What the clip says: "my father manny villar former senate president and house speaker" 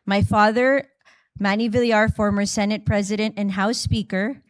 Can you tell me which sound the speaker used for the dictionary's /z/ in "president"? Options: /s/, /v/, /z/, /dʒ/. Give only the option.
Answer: /z/